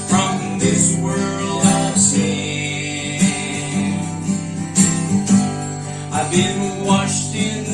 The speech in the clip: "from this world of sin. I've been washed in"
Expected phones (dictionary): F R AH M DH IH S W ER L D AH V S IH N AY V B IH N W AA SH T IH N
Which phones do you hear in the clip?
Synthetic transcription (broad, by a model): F R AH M DH IH S W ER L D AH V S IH AY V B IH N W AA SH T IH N